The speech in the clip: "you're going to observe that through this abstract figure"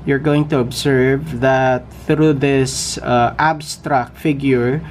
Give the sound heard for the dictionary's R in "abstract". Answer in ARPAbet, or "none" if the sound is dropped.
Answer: R